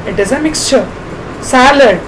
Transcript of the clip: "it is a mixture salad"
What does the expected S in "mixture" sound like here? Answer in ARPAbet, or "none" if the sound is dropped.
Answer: S